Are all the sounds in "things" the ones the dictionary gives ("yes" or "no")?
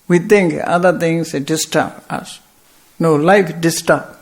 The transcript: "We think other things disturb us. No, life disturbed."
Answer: no